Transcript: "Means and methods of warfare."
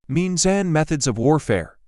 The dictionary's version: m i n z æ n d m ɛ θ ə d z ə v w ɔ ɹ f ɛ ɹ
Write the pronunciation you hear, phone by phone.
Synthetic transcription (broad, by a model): m i n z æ n m ɛ θ ə d z ə v w ɔ ɹ f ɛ ɹ